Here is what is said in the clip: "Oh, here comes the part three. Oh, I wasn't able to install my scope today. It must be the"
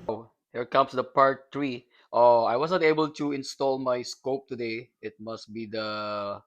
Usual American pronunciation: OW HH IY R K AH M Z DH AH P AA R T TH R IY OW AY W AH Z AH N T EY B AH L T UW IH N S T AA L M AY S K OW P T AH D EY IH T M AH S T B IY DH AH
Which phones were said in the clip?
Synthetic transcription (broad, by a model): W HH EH R K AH M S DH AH P AA R T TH R IY OW AY W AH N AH T EY B AH L T UW IH N S T AA L M AY S K OW P T AH D EY IH T M AH S T B IY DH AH